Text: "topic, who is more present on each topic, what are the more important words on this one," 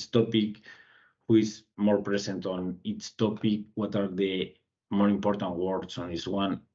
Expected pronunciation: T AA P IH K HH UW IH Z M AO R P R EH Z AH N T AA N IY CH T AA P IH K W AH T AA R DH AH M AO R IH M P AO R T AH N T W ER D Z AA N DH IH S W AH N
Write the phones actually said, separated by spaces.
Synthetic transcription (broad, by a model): T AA P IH K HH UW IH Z M AO R P R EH S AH N T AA N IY S T AA P IH K W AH T AA R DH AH M AO R IH M P AO R T AH N T W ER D S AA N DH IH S W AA N